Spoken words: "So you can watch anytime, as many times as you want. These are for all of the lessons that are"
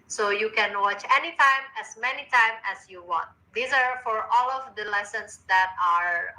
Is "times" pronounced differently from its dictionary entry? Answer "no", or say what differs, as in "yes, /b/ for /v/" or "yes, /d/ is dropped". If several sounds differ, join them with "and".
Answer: yes, /z/ is dropped